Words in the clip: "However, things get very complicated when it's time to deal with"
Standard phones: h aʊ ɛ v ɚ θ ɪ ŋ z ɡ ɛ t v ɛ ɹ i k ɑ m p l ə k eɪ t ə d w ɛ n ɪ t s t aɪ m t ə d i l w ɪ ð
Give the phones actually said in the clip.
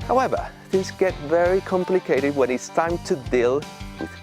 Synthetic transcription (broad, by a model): h aʊ ɛ v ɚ θ ɪ ŋ z ɡ ɛ t v ɛ ɹ i k ɑ m p l ə k eɪ t ə d w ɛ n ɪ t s t aɪ m t ə d i l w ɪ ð